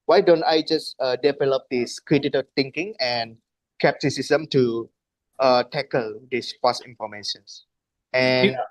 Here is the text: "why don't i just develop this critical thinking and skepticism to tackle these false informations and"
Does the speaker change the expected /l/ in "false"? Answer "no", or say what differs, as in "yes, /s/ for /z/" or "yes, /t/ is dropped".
yes, /l/ is dropped